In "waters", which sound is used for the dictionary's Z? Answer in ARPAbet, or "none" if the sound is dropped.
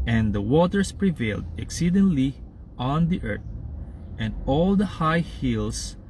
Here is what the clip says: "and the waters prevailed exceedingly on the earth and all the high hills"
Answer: S